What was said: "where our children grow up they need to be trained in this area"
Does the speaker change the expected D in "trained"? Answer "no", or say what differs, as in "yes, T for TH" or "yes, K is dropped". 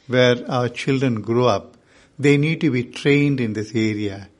no